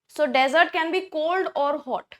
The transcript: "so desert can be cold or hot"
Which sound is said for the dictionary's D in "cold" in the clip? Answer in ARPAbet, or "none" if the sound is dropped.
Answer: D